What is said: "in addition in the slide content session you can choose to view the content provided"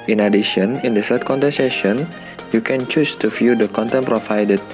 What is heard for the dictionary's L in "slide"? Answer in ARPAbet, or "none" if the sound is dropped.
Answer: none